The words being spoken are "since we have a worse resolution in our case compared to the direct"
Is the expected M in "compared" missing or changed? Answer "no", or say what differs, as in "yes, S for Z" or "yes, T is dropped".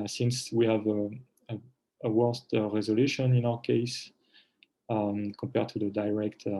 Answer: no